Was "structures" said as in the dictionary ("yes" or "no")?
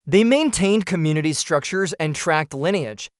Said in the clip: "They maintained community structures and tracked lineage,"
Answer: yes